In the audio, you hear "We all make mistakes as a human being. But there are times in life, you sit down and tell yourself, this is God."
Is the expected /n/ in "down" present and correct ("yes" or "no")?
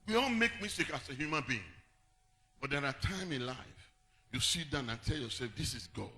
yes